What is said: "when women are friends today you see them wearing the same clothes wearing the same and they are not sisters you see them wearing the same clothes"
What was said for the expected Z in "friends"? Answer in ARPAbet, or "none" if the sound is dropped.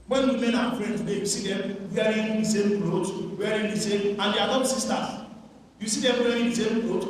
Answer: none